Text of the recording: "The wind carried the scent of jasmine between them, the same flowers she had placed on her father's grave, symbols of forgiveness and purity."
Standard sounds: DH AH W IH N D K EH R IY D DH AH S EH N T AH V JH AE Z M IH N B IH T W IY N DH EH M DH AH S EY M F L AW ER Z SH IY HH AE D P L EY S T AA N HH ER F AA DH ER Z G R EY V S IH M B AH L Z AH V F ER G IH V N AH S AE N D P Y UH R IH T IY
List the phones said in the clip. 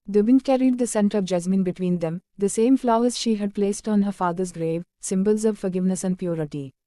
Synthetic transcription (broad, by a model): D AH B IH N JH K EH R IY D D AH S EH N T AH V JH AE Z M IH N B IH T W IY N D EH M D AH S EY M F L AW ER Z SH IY HH AE D P L EY S T AA N HH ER F AA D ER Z G R EY V S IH M B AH L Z AH V F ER G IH V N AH S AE N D P Y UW R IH T IY